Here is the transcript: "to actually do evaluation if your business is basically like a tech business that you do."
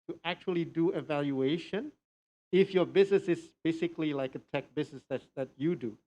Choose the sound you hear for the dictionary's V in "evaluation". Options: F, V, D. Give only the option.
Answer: V